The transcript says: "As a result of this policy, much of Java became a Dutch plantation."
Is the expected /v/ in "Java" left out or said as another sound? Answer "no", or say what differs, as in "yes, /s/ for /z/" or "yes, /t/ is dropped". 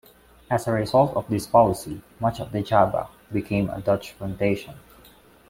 yes, /b/ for /v/